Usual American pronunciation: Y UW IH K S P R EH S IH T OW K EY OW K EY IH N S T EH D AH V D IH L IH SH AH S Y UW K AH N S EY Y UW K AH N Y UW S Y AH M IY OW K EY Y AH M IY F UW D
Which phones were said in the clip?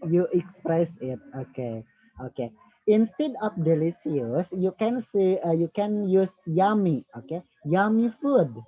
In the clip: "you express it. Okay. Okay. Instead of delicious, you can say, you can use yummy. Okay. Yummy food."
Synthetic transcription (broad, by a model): Y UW IH K S P R EH S IH T OW K EY OW K EY IH N S T EH D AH F D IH L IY S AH S Y UW K AH N S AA Y UW K AH N Y UW S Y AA M IY OW K EY Y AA M IY F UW D